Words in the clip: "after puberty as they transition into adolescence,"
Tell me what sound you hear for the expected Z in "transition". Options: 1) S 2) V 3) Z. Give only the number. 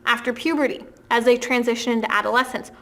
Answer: 3